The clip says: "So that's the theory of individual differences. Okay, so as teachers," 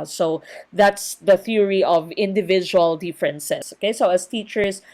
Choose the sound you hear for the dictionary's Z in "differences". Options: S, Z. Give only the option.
S